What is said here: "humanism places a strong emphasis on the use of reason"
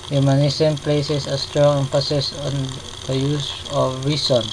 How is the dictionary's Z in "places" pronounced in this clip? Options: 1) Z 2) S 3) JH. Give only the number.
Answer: 2